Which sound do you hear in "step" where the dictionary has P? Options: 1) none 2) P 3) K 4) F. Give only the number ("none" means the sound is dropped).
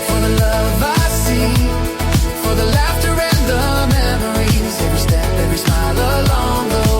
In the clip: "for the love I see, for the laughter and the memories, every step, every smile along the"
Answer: 1